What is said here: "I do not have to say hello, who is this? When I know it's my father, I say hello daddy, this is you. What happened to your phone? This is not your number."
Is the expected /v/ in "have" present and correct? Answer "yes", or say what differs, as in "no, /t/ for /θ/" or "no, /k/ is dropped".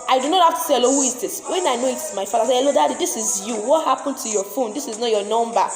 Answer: no, /f/ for /v/